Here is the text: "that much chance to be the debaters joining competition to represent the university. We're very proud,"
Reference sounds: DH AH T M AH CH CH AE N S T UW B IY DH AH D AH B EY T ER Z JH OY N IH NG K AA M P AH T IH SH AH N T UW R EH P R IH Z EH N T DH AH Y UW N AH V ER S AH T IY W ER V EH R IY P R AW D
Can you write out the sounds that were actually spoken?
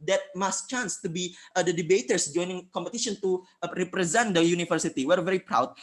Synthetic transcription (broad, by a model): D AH T M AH S CH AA N S T UW B IY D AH D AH B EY T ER S JH OY N IH NG K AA M P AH T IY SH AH N T UW R EH P R IH Z EH N T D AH Y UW N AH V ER S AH T IY W ER V EH R IY P R AW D